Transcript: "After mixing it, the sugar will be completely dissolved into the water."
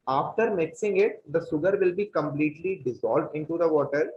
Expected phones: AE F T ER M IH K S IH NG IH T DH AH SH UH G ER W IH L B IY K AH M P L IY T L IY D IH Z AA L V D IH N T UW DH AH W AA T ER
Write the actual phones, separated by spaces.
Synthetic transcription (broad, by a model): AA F T ER M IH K S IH NG IH T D AH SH UH G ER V IH L B IY K AH M P L IY T L IY D IH Z AA L V D IH N T UW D AH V AA T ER